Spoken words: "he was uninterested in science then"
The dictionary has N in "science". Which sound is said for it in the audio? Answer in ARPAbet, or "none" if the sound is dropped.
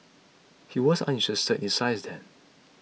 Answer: none